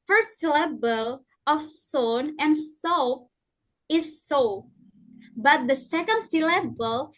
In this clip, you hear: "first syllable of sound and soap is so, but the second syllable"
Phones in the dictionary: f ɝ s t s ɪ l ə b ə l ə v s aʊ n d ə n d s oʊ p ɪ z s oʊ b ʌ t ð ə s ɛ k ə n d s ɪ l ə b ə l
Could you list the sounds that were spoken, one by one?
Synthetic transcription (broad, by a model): f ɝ s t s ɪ l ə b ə l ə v s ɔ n ə n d s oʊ ɪ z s oʊ b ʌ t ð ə s ɛ k ə n d s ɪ l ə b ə l